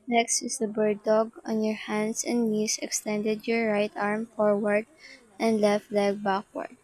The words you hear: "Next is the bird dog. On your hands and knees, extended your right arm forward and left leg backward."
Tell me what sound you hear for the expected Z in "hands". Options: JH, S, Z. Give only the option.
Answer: S